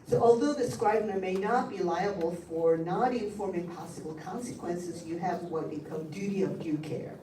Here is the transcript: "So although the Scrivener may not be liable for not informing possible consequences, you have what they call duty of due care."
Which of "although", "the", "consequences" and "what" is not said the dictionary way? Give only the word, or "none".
none